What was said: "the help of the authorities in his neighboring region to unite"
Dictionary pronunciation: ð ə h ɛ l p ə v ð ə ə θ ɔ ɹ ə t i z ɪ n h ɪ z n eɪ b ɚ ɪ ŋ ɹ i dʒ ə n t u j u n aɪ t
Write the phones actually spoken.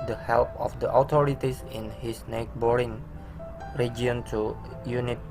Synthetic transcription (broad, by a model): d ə h ɛ l p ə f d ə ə t ɔ ɹ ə t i s ɪ n h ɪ s n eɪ b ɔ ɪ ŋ ɹ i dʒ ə n t u j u n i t